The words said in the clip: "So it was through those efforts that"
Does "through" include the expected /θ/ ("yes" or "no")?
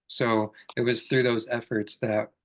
yes